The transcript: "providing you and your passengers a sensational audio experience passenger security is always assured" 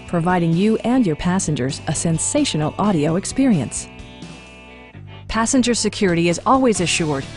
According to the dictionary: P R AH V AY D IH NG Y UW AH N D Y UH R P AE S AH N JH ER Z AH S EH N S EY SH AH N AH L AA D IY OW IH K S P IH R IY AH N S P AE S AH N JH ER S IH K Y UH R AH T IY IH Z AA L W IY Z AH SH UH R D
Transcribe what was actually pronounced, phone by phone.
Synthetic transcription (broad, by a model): P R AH V AY D IH NG Y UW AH N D Y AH R P AE S AH N JH ER Z AH S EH N S EY SH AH N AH L AA D IY OW IH K S P IH R IY AH N S P AE S AH N JH ER S IH K Y UH R AH T IY IH Z AA L W IY Z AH SH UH R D